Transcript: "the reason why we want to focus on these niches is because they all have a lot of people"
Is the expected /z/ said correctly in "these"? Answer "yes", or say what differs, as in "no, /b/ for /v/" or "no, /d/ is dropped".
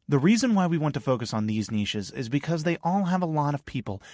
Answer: yes